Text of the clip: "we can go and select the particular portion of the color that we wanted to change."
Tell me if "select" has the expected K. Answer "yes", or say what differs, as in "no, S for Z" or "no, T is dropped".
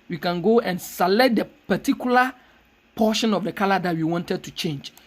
no, K is dropped